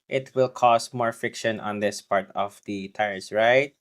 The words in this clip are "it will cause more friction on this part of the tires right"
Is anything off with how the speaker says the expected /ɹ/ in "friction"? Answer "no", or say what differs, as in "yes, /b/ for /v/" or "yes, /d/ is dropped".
yes, /ɹ/ is dropped